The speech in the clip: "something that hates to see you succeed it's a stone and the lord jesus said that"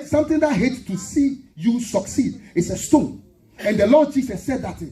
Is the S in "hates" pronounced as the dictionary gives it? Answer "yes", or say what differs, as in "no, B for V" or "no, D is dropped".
no, S is dropped